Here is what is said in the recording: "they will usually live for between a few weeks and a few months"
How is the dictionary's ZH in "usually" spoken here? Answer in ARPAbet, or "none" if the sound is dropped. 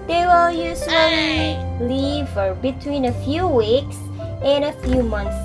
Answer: S